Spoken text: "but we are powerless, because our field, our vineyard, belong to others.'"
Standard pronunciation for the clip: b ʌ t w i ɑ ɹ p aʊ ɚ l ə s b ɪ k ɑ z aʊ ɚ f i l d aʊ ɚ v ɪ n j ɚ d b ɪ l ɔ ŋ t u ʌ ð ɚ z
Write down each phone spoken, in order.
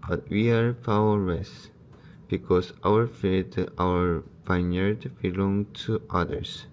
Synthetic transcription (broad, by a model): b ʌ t w i ɑ ɹ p aʊ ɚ ə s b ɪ k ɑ s aʊ ɚ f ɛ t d aʊ ɚ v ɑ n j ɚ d b ɪ l ɔ ŋ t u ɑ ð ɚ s